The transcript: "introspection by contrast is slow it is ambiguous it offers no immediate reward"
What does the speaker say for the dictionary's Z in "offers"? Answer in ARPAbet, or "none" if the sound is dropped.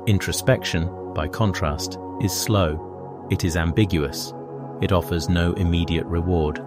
Z